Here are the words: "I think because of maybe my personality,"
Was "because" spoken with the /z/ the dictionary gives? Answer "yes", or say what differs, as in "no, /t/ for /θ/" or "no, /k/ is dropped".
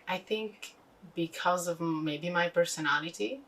yes